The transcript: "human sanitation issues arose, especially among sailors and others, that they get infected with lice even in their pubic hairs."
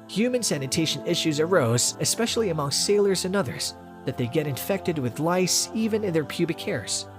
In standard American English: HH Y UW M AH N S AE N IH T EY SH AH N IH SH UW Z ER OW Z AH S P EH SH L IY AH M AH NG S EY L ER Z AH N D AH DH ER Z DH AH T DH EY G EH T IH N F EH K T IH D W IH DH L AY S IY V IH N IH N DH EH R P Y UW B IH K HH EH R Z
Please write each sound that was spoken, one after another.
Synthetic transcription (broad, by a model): HH Y UW M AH N S AE N IH T EY SH AH N IH SH UW Z ER OW Z AH S P EH SH L IY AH M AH NG S EY L ER Z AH N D AH DH ER Z DH AH T DH EY G EH T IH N F EH K T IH D W IH DH L AY S IY V IH N IH N DH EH R P Y UW B IH K EH R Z